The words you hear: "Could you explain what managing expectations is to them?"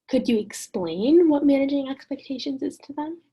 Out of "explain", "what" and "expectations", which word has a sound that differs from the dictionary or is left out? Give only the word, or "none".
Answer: none